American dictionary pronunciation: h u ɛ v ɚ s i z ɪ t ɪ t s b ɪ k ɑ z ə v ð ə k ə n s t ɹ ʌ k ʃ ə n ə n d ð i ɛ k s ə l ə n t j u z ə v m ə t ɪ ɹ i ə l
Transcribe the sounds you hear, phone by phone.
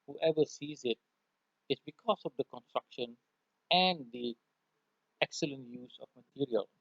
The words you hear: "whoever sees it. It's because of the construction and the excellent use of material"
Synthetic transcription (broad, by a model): h u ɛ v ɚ s i z ɪ t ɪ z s b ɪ k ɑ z ə v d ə k ə n s t ɹ ʌ k ʃ ə n ə n d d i ɛ k s ə l ə n t j u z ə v m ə t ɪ ɹ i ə l